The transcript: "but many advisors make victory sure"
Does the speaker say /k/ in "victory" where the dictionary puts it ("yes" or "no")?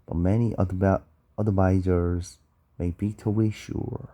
no